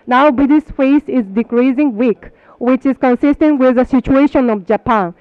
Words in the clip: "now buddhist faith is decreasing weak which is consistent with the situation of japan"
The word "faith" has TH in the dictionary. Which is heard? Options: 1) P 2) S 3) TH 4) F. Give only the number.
2